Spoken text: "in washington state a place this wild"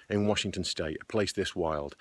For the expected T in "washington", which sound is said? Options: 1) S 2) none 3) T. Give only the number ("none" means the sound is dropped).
3